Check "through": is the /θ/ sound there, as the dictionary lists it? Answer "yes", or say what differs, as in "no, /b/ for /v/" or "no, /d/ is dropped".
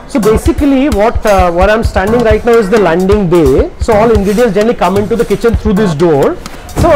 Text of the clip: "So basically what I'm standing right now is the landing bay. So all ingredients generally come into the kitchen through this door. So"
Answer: no, /t/ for /θ/